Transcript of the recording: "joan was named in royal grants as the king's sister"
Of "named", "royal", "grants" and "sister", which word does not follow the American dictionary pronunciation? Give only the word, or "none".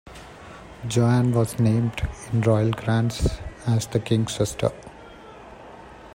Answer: none